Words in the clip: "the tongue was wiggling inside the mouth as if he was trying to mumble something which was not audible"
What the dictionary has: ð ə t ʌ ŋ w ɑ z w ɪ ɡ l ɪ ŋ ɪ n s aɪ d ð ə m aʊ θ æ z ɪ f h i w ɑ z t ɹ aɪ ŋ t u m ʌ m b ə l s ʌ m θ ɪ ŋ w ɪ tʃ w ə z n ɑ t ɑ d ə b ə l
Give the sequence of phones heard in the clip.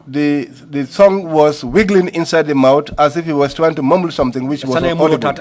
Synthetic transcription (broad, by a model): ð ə s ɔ ŋ w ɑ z w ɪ ɡ l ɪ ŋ ɪ n s aɪ d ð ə m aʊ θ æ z ɪ f h i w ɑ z t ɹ aɪ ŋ t u m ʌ m b l s ʌ m θ ɪ ŋ w ɪ tʃ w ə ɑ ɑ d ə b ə